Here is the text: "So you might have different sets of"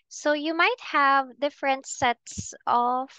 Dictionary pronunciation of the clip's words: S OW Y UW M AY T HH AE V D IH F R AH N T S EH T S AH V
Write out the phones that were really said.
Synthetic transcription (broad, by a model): S OW Y UW M AY T HH AE V D IH F R AH N T S EH T S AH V